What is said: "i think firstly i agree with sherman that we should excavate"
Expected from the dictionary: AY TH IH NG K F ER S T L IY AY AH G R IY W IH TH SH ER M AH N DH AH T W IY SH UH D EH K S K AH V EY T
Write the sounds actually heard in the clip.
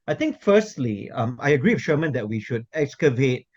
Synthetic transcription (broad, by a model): AY T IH NG K F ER S T L IY AY AH G R IY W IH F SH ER M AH N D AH T W IY SH UH D EH K S K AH V EY T